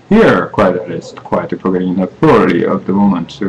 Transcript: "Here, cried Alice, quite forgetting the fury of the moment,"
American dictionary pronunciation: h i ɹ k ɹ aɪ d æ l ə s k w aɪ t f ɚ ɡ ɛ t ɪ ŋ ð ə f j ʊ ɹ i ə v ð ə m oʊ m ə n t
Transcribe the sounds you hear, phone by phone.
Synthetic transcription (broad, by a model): h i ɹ k w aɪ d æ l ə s k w aɪ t p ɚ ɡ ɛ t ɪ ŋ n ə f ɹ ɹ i ə v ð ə m oʊ m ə n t